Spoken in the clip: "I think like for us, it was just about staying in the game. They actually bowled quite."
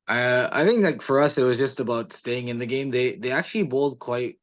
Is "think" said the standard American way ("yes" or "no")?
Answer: yes